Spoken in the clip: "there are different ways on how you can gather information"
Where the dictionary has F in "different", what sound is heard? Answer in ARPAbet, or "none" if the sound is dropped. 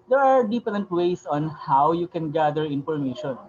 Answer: P